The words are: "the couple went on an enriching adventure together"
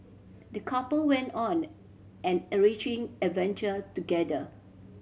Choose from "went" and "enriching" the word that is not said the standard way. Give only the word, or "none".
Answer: enriching